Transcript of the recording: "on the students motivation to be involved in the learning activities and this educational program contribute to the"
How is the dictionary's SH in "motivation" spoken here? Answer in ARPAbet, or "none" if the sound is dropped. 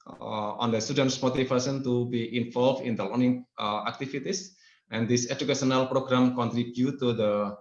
S